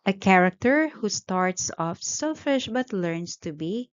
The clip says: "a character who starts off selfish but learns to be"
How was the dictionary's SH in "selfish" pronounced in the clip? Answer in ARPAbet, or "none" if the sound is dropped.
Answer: SH